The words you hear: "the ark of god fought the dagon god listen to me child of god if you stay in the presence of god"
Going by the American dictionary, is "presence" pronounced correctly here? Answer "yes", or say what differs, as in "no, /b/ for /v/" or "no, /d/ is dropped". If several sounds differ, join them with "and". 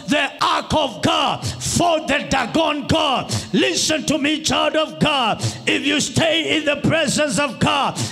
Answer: yes